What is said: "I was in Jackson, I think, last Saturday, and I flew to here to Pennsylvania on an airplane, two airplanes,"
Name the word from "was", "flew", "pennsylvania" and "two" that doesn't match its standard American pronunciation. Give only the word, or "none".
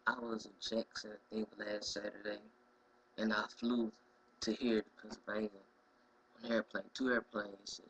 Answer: pennsylvania